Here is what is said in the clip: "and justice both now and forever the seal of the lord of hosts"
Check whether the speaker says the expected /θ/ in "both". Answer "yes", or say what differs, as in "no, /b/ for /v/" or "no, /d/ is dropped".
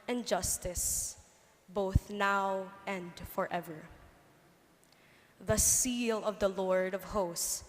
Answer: yes